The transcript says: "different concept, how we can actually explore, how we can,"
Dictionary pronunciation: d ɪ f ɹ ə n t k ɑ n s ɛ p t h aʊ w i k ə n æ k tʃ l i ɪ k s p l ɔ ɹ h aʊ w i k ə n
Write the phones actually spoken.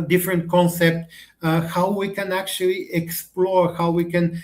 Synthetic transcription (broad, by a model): d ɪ f ɹ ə n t k ɑ n s ɛ p t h aʊ w i k ə n æ k tʃ l i ɪ k s p l ɔ ɹ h aʊ w i k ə n